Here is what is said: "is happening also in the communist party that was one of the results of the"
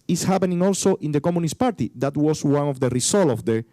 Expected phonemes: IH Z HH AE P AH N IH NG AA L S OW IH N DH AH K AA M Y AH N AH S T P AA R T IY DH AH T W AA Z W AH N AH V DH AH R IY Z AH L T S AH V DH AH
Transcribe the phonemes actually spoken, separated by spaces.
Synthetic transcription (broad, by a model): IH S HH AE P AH N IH NG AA L S OW IH N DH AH K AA M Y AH N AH S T P AA R T IY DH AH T W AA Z W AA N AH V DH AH R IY S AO L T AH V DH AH